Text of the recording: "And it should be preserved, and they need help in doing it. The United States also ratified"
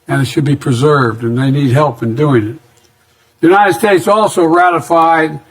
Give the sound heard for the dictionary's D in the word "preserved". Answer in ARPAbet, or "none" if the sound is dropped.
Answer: D